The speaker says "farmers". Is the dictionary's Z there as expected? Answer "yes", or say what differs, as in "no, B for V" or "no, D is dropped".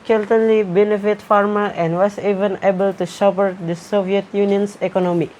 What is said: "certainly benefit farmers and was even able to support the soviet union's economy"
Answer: no, Z is dropped